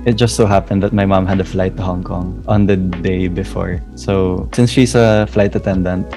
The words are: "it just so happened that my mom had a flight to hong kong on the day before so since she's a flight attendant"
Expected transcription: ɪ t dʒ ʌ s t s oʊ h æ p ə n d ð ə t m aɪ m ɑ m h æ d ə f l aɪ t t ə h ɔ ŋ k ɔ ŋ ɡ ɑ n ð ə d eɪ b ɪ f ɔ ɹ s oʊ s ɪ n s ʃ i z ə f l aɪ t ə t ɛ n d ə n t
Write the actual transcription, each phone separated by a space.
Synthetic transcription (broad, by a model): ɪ t dʒ ʌ s t s oʊ h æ p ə n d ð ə t m aɪ m ɑ m h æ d ə f l aɪ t t ə h ɔ ŋ k ɔ ŋ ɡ ɑ n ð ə d eɪ b ɪ f ɔ ɹ s oʊ s ɪ n s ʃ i s ə f l aɪ t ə t ɛ n d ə n t